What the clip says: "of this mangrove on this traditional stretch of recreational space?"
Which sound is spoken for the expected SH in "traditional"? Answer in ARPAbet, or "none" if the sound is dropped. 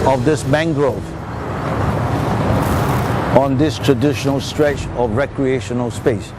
SH